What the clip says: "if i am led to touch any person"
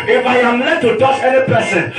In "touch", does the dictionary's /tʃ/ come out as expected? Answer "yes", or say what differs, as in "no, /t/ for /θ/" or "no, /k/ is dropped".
no, /s/ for /tʃ/